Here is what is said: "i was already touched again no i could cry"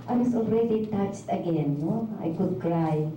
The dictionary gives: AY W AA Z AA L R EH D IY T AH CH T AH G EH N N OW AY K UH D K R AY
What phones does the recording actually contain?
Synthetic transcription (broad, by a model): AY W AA S AA L R EH D IY T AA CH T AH G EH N N OW AY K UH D K R AY